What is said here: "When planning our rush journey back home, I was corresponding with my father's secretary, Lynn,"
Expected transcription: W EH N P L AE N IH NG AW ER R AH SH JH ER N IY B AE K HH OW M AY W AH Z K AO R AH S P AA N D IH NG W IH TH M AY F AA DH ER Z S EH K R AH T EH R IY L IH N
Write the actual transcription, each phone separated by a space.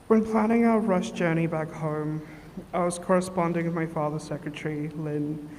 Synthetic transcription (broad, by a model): W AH N P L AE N IH NG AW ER R AH SH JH ER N IY B AE K HH OW M AY W AH Z K AO R AH S P AA N D IH NG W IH M AY F AA DH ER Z S EH K R AH T EH R IY L IH N